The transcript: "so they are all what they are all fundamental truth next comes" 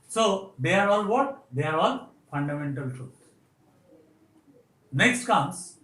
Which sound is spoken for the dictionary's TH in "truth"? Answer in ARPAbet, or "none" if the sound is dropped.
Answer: T